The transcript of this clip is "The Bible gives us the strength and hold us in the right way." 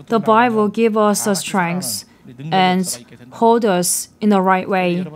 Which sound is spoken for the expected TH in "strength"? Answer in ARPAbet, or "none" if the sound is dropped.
S